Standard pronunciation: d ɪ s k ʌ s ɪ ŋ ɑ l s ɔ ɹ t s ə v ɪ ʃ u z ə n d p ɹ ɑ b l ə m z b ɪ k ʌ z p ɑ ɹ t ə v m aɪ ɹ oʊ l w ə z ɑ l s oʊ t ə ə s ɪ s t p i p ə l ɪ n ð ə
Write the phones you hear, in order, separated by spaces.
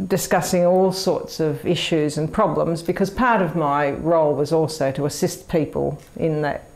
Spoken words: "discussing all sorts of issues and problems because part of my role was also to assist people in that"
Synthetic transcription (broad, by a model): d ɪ s k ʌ s ɪ ŋ ɑ l s ɔ ɹ t s ə v ɪ ʃ u z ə n p ɹ ɑ b l ə m z b ɪ k ʌ z p ɑ ɹ t ə v m aɪ ɹ oʊ l w ə z ɑ l s oʊ t ə ə s ɪ s t p i p ə l ɪ n ð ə